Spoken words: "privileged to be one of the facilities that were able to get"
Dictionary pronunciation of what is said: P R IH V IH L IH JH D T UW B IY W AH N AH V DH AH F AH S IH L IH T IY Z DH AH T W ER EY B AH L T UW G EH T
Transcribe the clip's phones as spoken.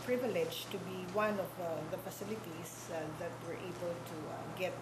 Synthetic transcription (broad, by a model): P R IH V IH L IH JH T UW B IY W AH N AH V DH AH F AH S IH L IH T IY S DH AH T W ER EY B AH L T UW G EH T